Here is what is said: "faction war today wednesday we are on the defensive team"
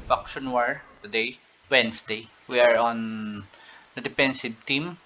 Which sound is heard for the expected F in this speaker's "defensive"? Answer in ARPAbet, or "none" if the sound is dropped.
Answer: P